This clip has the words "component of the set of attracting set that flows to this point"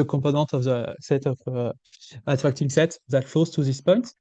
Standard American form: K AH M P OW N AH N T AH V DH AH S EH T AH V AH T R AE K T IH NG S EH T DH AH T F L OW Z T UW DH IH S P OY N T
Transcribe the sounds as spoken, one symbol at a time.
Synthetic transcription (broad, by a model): K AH P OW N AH T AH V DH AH S EH T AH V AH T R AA K T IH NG S EH T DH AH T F OW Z T UW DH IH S P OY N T